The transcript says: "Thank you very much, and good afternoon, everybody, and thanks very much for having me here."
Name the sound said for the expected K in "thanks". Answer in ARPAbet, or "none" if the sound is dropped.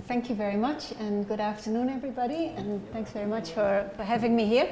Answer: K